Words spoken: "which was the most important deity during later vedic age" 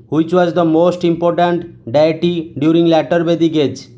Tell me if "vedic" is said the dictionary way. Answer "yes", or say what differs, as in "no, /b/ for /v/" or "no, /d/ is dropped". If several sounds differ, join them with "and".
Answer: no, /b/ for /v/